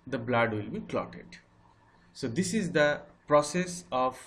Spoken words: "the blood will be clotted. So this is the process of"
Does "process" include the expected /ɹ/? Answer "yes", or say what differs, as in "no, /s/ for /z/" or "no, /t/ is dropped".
yes